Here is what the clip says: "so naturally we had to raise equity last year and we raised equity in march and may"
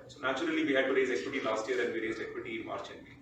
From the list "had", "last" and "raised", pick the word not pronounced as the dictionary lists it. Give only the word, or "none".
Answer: raised